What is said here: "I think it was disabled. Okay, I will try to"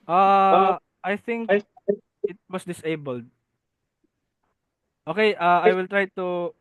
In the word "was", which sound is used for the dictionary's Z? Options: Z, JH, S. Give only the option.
S